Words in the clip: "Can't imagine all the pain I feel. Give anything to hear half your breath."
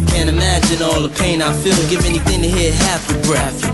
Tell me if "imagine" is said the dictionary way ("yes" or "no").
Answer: yes